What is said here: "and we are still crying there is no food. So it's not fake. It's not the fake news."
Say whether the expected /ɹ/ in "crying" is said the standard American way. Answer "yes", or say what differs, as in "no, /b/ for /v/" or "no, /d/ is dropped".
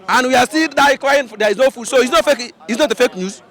no, /l/ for /ɹ/